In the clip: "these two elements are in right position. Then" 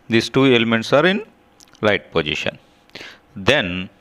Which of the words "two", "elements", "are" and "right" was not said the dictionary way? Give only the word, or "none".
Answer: right